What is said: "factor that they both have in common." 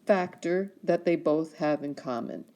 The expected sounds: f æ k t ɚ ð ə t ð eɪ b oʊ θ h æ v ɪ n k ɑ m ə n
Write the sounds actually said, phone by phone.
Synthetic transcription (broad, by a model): f æ k t ɚ ð ə t ð eɪ b oʊ θ h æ v ɪ n k ɑ m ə n